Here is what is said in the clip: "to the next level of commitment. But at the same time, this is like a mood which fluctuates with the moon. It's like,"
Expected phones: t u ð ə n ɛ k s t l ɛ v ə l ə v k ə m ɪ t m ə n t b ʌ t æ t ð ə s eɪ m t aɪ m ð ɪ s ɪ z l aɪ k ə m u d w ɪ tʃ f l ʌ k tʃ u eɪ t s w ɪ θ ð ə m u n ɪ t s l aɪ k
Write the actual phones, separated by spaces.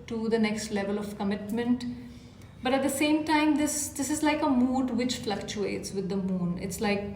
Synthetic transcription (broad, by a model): t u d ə n ɛ k s t l ɛ v ə l ə v k ə m ɪ t m ə n t b ʌ t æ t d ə s eɪ m t aɪ m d ɪ s ɪ z l aɪ k ə m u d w ɪ tʃ f l ʌ k tʃ u eɪ t s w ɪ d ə m u n ɪ t s l aɪ k